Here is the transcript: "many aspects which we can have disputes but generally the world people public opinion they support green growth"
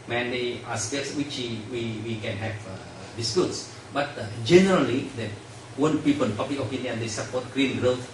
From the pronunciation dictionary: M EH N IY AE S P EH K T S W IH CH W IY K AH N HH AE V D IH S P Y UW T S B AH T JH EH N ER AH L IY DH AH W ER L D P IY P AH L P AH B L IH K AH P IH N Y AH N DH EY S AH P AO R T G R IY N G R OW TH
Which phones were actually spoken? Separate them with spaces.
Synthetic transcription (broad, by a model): M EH N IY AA S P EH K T S W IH CH W IY K AH N HH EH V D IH S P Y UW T S B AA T JH EH N ER AH L IY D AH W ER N P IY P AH N P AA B L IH K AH P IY N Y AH N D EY S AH P AO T G R IY N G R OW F